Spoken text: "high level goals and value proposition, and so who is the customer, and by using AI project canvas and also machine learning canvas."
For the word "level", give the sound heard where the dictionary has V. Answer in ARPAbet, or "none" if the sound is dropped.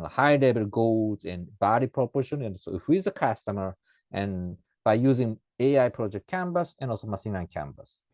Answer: B